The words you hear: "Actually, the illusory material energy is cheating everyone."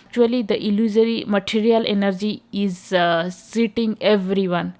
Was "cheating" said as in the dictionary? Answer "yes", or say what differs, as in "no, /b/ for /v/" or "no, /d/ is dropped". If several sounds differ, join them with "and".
no, /s/ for /tʃ/